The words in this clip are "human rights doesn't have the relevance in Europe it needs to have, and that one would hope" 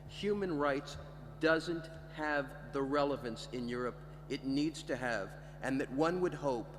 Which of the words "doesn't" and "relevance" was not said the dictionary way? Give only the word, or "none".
none